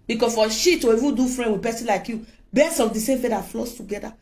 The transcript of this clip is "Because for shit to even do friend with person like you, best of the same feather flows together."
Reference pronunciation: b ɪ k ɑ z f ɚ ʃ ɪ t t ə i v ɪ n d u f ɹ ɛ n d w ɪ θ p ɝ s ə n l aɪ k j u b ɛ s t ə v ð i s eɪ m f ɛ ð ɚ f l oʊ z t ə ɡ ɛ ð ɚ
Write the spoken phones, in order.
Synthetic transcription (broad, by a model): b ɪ k ɑ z f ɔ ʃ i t t ə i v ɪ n d u f ɹ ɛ n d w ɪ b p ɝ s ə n l aɪ k j u b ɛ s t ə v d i s eɪ m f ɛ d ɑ f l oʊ s t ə ɡ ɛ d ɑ